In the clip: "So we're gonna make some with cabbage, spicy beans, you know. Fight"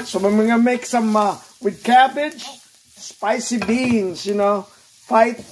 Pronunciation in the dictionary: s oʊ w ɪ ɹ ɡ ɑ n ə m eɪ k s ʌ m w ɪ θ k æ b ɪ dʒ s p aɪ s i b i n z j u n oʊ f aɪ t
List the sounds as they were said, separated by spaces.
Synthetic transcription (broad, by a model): s oʊ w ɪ w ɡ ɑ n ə m eɪ k s ʌ m w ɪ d k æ b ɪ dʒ s p aɪ s i b i n z j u n oʊ f aɪ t